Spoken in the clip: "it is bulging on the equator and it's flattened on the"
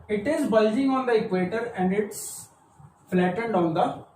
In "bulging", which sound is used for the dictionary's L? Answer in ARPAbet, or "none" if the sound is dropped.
L